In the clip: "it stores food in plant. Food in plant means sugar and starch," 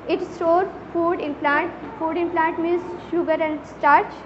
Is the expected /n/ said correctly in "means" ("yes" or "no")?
no